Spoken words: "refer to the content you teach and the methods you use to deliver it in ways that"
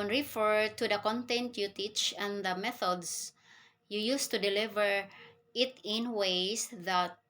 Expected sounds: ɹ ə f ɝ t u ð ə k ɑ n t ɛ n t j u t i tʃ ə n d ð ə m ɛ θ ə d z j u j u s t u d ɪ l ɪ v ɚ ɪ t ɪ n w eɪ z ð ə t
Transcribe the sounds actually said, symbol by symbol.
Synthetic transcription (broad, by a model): ɹ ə f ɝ t u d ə k ɑ n t ɛ n t j u t i tʃ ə n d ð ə m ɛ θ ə d s j u j u s t u d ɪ l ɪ v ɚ ɪ t ɪ n w eɪ s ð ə t